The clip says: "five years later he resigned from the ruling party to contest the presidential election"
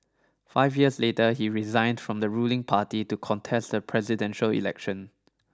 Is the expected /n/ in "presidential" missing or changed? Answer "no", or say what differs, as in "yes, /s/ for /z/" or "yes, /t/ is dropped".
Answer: no